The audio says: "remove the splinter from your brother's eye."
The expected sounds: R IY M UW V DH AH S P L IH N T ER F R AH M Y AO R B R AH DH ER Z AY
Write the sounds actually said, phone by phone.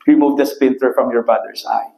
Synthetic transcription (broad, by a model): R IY M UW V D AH S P IH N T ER F R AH M Y AO R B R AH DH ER S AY